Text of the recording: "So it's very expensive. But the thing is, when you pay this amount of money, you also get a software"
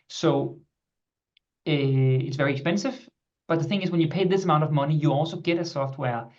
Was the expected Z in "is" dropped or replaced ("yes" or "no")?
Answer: no